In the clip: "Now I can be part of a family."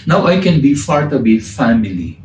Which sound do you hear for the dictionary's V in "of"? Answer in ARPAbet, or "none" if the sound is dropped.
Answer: B